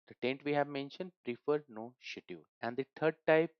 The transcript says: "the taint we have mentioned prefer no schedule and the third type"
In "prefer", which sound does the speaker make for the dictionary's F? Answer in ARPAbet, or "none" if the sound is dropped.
F